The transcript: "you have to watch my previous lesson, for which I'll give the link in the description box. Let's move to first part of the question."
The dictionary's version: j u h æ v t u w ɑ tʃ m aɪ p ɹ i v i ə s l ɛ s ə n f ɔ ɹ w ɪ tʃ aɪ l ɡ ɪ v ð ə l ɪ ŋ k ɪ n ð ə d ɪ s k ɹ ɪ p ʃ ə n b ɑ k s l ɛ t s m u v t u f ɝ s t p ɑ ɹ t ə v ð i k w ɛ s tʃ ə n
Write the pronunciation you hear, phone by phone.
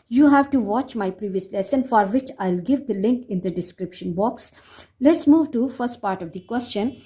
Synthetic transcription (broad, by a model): j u h æ v t u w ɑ tʃ m aɪ p ɹ i v i ə s l ɛ s ə n f ɔ ɹ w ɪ tʃ aɪ l ɡ ɪ v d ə l ɪ ŋ k ɪ n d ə d ɪ s k ɹ ɪ p ʃ ə n b ɑ k s l ɛ t s m u v t u f ɝ s t p ɑ ɹ t ə v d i k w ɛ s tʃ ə n